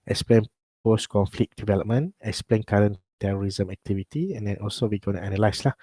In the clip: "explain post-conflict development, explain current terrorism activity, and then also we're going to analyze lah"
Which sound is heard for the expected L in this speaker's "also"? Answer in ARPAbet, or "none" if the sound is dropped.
L